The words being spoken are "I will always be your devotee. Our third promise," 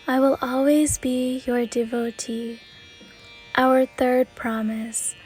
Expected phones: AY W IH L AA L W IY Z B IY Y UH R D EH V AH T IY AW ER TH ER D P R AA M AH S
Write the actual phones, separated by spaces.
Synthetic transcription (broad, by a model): AY W IH L AA L W IY Z B IY Y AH R D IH V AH T IY AW ER TH ER D P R AA M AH S